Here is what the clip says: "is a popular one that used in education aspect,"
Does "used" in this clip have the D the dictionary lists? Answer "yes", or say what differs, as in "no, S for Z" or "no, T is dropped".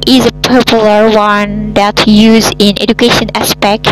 no, D is dropped